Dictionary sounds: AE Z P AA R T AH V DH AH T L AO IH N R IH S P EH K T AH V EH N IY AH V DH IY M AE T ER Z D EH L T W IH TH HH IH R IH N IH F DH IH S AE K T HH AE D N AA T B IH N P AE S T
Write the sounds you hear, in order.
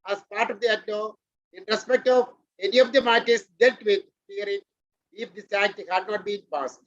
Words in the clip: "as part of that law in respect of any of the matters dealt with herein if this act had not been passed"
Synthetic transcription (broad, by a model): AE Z P AA R T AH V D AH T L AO IH N R IH S P EH K T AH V EH N IY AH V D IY M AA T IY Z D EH T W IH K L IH R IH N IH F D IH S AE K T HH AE D N AA T B IH N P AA S